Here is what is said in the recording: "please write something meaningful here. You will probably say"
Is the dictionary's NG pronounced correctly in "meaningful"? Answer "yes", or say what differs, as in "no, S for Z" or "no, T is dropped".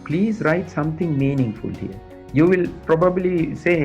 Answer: yes